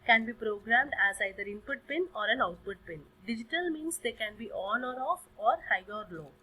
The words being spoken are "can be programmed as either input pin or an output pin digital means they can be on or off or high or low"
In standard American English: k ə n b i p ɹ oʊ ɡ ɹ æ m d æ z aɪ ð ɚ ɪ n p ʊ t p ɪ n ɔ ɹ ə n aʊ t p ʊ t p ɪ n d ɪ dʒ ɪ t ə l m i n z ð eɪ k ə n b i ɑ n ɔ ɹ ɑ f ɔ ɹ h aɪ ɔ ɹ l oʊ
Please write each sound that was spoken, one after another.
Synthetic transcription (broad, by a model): k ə n b i p ɹ oʊ ɡ ɹ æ m d æ z aɪ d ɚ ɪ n p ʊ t p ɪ n ɔ ɹ ə n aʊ t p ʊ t p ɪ n d ɪ dʒ ɪ t ə l m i n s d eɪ k ə n b i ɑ l ɔ ɹ ɑ f ɔ ɹ h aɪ ɔ ɹ l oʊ